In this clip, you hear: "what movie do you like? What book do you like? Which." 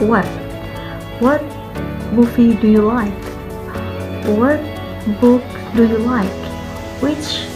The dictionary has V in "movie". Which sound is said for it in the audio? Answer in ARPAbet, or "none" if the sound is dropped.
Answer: F